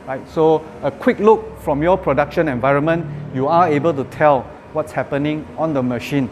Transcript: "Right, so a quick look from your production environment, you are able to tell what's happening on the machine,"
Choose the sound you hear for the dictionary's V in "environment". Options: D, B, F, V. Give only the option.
V